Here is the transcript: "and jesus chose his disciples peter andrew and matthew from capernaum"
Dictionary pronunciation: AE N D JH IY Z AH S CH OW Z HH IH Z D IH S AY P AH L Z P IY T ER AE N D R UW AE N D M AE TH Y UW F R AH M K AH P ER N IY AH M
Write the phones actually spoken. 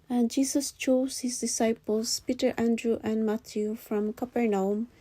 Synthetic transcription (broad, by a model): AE N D JH IY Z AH S CH OW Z HH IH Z D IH S AY P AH L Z P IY T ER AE N D R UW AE N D M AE T Y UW F R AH M K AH P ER N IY M